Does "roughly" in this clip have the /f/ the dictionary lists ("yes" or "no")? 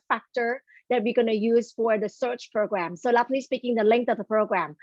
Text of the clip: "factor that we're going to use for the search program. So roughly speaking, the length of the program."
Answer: no